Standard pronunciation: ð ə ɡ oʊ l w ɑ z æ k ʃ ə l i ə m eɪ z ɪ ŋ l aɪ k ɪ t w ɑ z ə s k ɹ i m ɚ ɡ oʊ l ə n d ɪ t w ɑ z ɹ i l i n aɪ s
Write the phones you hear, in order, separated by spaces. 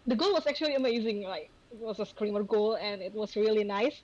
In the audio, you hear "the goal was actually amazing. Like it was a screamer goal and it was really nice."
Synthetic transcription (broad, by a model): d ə ɡ oʊ l w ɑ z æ k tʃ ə l i ə m eɪ z ɪ ŋ l aɪ k ɪ t w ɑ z ə s k ɹ i m ɚ ɡ oʊ l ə n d ɪ t w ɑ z ɹ i l i n aɪ s